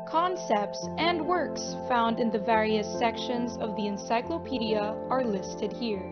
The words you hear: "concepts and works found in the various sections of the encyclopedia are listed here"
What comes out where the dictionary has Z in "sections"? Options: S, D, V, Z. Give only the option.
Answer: Z